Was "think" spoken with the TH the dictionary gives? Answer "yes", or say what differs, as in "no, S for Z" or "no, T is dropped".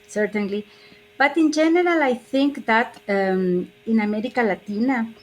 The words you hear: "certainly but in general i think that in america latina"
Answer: yes